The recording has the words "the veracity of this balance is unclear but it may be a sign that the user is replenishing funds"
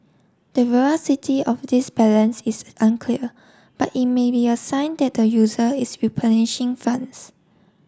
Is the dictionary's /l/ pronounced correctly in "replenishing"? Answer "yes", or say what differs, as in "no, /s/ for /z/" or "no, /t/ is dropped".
no, /l/ is dropped